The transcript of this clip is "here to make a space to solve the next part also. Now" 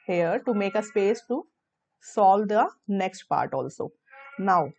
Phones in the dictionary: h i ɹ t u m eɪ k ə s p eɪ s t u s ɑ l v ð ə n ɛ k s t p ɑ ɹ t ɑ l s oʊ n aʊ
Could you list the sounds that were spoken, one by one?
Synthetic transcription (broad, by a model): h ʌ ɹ t u m eɪ k ə s p eɪ s t u s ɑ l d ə n ɛ k s t p ɑ ɹ t ɑ l s oʊ n aʊ